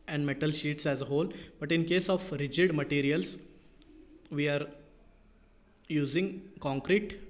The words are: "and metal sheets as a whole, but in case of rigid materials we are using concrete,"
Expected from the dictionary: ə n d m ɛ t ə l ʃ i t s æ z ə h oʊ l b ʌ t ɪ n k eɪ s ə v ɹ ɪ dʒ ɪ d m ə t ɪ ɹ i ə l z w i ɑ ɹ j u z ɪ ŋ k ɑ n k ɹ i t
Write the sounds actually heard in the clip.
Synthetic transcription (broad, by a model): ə n d m ɛ t ə l ʃ i t s æ z ə h oʊ l b ʌ t ɪ n k eɪ s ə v ɹ ɪ dʒ ɪ d m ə t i ɹ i ə l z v i ɑ ɹ j u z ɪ ŋ k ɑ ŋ k ɹ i t